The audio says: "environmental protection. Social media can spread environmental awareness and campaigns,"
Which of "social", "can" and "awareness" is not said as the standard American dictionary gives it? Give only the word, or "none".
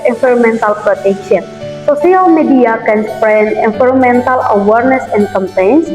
social